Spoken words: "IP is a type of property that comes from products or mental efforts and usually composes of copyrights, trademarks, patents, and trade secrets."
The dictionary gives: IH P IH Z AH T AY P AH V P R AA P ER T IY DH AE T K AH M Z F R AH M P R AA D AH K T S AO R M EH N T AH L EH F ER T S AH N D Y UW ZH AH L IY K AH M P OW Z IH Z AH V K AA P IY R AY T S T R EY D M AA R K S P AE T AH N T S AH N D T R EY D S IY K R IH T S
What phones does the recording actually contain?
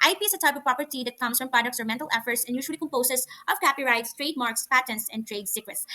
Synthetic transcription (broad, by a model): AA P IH S AH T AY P AH V P R AA P ER T IY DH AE T K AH M S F R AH M P R AA D AH K T S AO R M EH N T AH L EH F ER T S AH N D Y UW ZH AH L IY K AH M P OW S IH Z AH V K AA P IY R AY T S T R EY D M AA R K S P AE T AH N T S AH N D T R EY D S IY K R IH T S